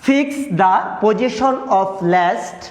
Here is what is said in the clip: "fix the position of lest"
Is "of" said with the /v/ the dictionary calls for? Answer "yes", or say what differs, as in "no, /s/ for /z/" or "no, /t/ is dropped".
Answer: no, /p/ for /v/